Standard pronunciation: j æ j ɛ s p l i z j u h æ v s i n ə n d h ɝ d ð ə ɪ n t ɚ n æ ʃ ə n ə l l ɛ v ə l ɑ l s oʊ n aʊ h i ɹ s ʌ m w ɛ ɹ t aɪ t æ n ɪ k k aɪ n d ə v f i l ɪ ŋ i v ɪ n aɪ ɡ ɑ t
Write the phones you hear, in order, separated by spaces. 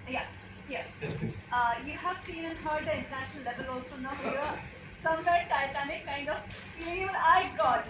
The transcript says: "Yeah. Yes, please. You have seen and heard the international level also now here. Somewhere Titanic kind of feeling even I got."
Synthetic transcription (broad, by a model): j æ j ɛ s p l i j u h æ v s i n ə n h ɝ d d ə ɪ n t ɚ n æ ʃ ə n ə l l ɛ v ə l ɑ l s oʊ n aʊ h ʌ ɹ s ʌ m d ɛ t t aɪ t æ n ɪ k k aɪ n d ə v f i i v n aɪ ɡ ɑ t